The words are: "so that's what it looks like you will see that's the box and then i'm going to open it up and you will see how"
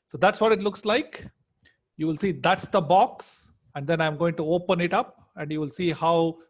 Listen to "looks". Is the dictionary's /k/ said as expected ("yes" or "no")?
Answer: yes